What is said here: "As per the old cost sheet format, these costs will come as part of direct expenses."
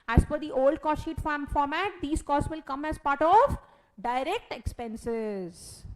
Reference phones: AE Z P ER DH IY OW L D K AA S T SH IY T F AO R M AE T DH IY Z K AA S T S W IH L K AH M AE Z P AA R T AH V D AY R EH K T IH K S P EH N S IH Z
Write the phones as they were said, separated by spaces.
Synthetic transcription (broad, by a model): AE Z F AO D IY OW L D K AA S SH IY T F AO R M AE T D IY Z K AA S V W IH L K AH M AE Z P AA R T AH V D AY R EH K T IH K S P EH N S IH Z